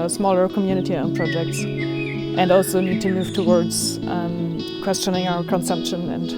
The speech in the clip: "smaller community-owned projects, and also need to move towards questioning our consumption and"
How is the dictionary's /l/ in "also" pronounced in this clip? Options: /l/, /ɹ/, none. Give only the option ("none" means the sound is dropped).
/l/